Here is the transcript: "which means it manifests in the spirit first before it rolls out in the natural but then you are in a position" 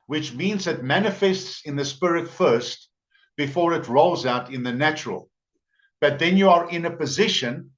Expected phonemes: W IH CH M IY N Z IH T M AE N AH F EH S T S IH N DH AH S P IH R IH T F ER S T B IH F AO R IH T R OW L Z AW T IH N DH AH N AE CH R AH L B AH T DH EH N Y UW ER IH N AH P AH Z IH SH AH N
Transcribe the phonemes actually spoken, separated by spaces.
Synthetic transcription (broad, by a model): W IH CH M IY N Z IH T M AE N AH F EH S T S IH N DH AH S P IH R IH T F ER S T B IH F AO R IH T R OW L Z AW T IH N DH AH N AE CH R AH L B AH T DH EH N Y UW ER IH N AH P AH Z IH SH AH N